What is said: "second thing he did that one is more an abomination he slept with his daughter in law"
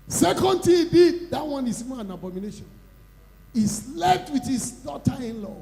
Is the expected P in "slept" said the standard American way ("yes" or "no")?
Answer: no